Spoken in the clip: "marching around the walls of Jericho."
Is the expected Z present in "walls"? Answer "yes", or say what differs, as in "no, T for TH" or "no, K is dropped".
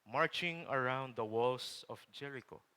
no, S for Z